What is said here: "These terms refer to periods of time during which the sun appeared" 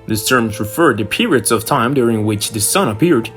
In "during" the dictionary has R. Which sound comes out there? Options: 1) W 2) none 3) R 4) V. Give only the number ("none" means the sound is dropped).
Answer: 3